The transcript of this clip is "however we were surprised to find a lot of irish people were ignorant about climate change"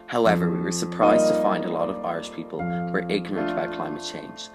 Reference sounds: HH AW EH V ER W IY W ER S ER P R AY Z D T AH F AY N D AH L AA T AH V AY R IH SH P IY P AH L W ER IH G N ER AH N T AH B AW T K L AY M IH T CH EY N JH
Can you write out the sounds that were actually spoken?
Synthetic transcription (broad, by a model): HH AW EH V ER W IY W ER S ER P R AY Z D T AH F AY N D AH L AA T AH V AY R IH SH P IY P AH L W ER IH G N ER AH N T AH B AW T K L AY M IH T CH EY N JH